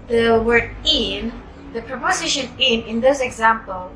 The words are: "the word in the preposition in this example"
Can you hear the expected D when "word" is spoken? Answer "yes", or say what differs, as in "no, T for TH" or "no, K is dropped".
no, D is dropped